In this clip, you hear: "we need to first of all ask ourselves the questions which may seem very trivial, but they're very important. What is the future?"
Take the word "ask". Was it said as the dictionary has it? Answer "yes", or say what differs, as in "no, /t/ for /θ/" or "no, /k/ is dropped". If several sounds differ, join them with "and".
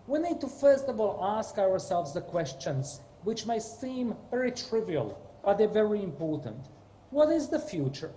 yes